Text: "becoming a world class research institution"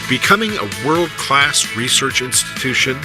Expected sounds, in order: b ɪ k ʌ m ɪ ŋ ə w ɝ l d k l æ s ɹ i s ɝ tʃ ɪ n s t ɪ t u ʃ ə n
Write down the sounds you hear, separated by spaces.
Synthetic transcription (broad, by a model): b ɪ k ʌ m ɪ ŋ ə w ɝ l d k l æ s ɹ i s ɝ tʃ ɪ n s t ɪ t u ʃ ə n